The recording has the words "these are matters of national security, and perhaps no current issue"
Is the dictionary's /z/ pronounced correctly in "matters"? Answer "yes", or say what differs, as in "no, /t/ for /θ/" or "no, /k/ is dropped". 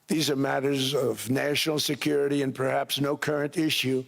yes